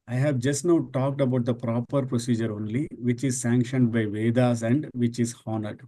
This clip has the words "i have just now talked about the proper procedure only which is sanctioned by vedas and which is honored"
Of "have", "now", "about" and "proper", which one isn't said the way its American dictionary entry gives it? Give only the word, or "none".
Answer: none